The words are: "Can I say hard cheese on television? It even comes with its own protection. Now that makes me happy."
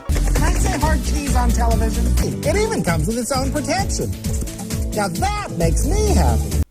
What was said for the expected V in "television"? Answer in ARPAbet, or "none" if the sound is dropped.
V